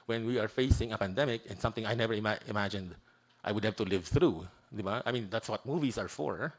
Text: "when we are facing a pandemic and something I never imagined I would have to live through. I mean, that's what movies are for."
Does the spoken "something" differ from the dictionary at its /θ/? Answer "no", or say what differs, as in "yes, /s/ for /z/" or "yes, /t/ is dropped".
no